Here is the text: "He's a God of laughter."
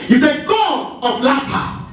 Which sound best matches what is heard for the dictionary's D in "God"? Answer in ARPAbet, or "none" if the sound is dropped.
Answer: none